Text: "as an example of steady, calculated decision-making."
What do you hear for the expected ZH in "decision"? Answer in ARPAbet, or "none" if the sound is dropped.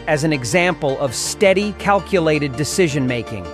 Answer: ZH